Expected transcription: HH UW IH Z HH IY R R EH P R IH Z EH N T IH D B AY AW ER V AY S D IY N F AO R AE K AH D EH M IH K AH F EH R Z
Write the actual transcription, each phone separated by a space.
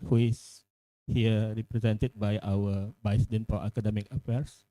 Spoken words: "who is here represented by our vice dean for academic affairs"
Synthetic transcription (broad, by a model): HH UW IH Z HH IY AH R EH P R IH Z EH N T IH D B AY AW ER B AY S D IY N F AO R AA K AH D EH M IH K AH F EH R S